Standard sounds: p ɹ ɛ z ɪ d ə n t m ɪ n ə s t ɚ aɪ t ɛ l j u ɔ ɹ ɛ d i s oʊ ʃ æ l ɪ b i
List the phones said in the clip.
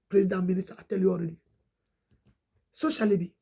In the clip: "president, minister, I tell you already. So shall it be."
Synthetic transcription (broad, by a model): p ɹ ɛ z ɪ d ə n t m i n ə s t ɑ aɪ t ɛ l j u ɔ ɹ ɛ d i s oʊ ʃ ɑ l ɪ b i